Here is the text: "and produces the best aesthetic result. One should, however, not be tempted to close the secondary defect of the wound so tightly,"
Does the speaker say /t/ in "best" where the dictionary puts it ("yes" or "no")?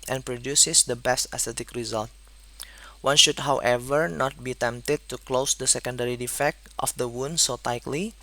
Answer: yes